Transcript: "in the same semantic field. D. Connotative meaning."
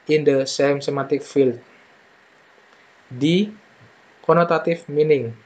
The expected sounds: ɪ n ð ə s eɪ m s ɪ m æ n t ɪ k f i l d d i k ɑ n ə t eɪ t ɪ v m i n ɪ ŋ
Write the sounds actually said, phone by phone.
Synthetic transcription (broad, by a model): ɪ n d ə s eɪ m s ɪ m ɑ t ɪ k f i l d d i k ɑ n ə t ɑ t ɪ f m i n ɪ ŋ